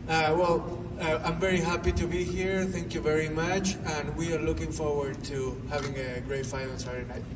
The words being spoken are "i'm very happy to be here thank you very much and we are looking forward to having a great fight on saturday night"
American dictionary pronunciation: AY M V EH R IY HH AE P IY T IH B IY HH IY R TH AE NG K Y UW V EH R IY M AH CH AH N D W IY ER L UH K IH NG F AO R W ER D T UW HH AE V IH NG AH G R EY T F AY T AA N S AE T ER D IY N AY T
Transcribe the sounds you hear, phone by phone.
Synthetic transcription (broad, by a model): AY M V EH R IY HH AE P IY T IH B IY HH IY R TH AE NG K Y UW V EH R IY M AH CH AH N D W IY ER L UH K IH NG F AO R W ER D T UW HH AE V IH NG AH G R EY T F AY AA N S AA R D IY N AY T